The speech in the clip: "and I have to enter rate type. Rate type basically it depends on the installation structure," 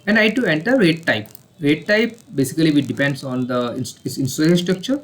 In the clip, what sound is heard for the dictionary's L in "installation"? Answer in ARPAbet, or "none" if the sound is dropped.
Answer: N